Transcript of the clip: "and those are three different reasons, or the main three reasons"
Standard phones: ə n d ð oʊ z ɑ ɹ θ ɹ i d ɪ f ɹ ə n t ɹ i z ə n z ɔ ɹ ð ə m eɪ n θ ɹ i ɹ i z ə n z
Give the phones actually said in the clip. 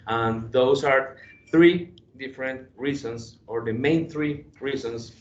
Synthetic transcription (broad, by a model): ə n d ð oʊ s ɑ ɹ θ ɹ i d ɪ f ɹ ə n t ɹ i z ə n s ɔ ɹ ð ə m eɪ n θ ɹ i ɹ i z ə n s